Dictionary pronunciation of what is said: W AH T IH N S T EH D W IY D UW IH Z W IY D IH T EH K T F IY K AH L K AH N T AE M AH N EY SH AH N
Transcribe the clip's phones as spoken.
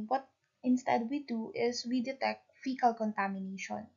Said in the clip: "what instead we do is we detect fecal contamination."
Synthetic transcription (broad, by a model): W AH T IH N S T EH D W IY D UW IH S W IY D IH T EH K T F IY K AH L K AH N T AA M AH N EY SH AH N